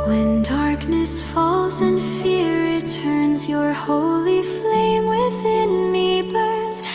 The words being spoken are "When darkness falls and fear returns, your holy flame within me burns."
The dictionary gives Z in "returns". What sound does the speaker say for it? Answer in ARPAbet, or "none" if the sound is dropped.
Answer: Z